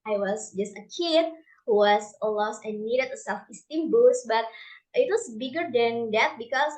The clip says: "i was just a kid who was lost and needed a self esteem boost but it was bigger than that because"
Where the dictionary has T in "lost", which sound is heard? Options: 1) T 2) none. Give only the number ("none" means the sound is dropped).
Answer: 2